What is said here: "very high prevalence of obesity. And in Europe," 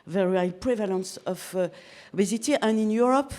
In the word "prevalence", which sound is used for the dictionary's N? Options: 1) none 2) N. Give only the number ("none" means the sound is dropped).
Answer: 2